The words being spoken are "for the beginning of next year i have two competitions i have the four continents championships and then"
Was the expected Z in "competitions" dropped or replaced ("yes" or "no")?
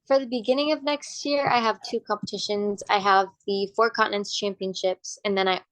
no